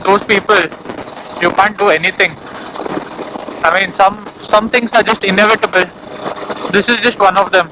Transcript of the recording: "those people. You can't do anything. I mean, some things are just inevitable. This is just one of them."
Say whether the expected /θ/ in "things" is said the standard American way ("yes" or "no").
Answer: no